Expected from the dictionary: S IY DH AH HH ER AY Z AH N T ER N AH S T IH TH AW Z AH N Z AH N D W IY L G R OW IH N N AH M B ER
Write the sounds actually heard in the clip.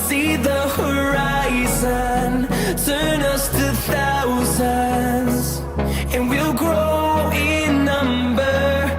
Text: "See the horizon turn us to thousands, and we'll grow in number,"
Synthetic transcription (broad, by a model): S IY DH AH HH ER AY Z AH N T ER N AH S T IH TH AW Z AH Z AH N W IY L G R OW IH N N AH M B ER